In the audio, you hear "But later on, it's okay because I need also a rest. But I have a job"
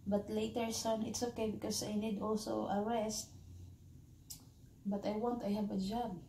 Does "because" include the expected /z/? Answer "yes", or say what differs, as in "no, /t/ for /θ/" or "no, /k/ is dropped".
no, /s/ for /z/